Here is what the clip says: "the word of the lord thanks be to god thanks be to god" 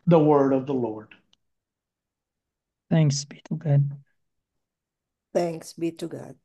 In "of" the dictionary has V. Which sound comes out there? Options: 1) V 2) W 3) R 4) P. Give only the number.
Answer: 1